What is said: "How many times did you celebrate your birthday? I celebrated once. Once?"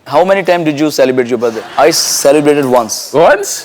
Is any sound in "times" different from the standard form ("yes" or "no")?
yes